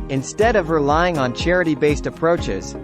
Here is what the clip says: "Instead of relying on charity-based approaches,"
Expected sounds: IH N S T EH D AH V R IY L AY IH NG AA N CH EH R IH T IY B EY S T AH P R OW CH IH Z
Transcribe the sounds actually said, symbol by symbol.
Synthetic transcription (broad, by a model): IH N S T EH D AH V R IY L AY IH NG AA N CH EH R IH T IY B EY S T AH P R OW CH IH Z